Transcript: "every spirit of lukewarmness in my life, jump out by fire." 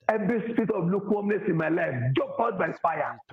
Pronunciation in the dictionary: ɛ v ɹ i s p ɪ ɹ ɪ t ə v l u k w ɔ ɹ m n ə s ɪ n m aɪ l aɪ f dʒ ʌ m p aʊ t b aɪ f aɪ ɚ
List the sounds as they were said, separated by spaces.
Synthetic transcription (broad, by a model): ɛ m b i s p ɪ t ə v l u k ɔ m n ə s ɪ n m aɪ l aɪ f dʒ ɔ p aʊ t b aɪ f aɪ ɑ